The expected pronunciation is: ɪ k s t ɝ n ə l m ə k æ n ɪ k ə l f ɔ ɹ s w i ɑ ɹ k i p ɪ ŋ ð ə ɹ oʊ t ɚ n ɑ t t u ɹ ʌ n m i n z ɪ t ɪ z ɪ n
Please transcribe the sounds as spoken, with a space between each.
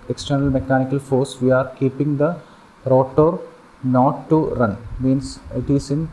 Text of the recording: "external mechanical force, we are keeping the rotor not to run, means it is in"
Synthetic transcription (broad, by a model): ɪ k s t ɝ n ə l m ə k æ n ɪ k ə l f ɔ ɹ s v i ɑ ɹ k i p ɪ ŋ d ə ɹ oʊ t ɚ n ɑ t t u ɹ ʌ n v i n s ɪ t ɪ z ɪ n